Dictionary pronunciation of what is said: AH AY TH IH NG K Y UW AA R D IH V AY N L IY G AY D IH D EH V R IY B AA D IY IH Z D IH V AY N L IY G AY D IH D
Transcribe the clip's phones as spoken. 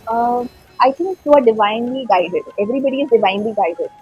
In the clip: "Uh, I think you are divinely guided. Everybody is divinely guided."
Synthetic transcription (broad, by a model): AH AY T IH NG K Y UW AA R D IH V AY N L IY G AY D IH D EH V R IY B AA D IY IH Z D IH V AY N L IY G AY D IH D